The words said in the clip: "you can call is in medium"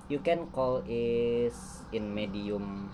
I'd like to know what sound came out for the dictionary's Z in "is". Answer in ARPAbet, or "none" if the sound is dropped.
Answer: S